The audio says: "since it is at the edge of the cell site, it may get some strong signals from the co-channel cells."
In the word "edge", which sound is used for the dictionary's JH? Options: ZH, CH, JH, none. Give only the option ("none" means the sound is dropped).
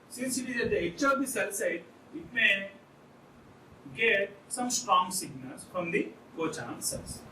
CH